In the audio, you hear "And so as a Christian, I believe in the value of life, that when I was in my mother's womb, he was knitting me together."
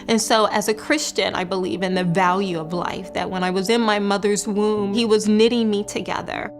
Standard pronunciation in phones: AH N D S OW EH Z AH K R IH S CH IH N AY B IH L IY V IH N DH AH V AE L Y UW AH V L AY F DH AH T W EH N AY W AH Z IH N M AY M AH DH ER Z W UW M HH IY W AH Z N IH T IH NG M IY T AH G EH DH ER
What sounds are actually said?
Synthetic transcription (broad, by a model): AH N S OW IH Z AH K R IH S CH IH N AY B IH L IY V IH N DH AH V AE L Y UW AH V L AY F DH AH T W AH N AY W AH Z IH N M AY M AH DH ER Z W UW M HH IY W AH Z N IH T IH NG M IY T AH G EH DH ER